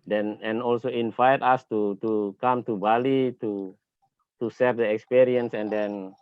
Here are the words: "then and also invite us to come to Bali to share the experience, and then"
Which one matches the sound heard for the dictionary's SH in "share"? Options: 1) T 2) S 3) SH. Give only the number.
2